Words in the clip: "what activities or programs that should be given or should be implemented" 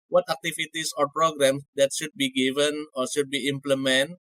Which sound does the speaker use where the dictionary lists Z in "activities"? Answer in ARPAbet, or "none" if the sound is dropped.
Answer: S